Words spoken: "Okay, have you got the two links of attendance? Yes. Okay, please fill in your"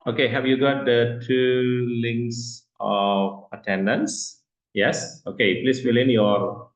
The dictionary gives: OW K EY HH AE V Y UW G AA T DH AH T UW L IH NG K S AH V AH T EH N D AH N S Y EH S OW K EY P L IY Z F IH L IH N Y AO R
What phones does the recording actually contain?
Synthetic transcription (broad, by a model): OW K EY HH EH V Y UW G AA T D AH T UW L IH NG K S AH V AH T EH N D AH N S Y EH S OW K EY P L IY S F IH L IH N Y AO R